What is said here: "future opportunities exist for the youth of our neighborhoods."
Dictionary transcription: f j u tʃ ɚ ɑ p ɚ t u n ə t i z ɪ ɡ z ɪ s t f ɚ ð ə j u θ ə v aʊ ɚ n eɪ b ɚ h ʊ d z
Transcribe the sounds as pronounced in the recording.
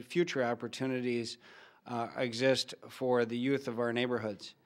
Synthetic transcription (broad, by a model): f j u tʃ ɚ ɑ p ɚ t u n ə t i z ɪ ɡ z ɪ s t f ɚ ð ə j u θ ə v aʊ ɚ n eɪ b ɚ h ʊ d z